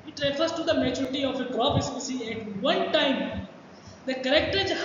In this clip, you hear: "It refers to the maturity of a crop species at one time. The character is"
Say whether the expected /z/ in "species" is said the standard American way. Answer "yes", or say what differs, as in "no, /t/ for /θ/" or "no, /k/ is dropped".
no, /z/ is dropped